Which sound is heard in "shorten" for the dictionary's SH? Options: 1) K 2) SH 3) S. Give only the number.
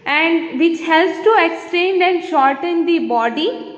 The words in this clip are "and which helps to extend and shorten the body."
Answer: 2